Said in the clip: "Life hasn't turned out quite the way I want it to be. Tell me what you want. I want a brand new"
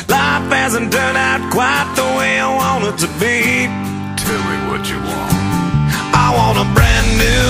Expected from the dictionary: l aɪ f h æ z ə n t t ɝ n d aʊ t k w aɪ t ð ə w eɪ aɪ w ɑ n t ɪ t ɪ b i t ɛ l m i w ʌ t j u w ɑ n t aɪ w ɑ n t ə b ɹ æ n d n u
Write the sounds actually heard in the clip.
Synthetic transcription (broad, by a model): l aɪ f h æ z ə n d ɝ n aʊ t k w aɪ t ð ə w eɪ aɪ w ɑ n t ɪ t ɪ b i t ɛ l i w ʌ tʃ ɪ w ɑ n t aɪ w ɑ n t ə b ɹ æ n n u